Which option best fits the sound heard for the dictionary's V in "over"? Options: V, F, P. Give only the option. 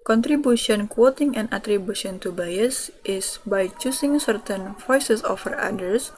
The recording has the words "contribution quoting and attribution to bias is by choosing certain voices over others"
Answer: F